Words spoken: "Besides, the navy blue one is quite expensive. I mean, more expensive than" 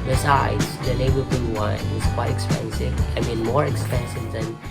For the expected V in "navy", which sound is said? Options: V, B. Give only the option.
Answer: B